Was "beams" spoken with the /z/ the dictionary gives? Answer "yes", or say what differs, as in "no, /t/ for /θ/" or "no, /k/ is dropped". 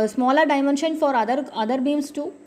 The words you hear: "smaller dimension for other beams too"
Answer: no, /s/ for /z/